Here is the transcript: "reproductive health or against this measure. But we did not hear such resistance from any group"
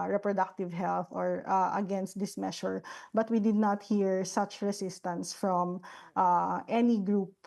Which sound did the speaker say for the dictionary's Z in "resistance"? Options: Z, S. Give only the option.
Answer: S